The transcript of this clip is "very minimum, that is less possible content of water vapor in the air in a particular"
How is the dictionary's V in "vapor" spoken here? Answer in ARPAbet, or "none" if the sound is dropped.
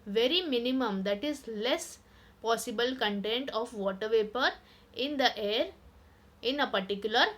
V